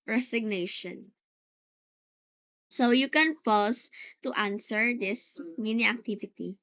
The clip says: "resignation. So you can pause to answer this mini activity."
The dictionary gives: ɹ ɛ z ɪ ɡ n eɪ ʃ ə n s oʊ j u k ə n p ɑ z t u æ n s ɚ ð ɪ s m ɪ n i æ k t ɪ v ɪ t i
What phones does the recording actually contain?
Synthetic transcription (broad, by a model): ɹ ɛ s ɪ ɡ n eɪ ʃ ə n s oʊ j u k ə n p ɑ s t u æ n s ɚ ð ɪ s m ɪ n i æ k t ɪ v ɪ t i